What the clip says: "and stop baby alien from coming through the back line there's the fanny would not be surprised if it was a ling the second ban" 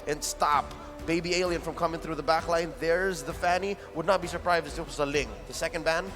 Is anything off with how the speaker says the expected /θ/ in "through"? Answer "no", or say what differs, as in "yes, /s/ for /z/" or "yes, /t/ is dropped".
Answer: no